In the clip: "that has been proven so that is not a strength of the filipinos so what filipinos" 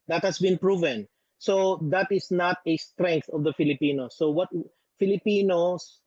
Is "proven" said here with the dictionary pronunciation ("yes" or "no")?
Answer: yes